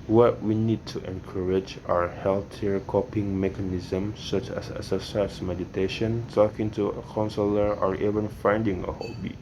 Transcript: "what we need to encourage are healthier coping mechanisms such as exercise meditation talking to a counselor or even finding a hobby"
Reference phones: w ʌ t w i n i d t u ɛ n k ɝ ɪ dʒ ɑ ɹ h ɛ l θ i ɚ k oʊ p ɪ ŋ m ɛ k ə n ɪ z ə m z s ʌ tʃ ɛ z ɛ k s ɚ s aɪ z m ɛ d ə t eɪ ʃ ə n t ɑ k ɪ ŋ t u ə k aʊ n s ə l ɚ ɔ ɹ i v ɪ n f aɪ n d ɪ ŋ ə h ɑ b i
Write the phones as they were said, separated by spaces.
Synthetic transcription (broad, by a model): w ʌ t w i n i d t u ɛ n k ɝ ɪ dʒ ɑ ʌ h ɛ l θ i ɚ k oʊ p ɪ ŋ m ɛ k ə n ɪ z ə m s ʌ tʃ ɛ s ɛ s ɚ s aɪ s m ɛ d ə t eɪ ʃ ə n t ɑ k ɪ ŋ t u ə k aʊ n s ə l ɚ ɔ ɹ i v ɪ n f aɪ n d ɪ ŋ ə h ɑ b i